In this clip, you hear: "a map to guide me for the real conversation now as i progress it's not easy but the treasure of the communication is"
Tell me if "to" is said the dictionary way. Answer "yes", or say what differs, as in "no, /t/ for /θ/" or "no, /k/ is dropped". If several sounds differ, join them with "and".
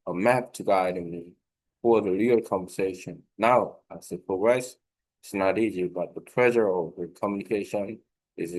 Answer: yes